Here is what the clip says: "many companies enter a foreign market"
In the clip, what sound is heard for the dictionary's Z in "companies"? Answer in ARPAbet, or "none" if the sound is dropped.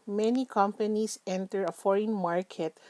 S